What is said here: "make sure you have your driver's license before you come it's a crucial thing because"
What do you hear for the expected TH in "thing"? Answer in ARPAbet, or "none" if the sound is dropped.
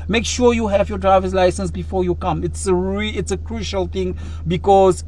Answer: T